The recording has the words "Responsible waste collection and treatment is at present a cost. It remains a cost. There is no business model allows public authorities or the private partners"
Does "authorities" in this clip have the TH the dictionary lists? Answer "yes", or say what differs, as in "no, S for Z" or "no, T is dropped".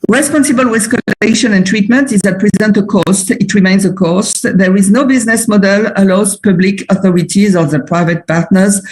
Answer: yes